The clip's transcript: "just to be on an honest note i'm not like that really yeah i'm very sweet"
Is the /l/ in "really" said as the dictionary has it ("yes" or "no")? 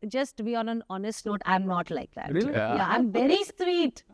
no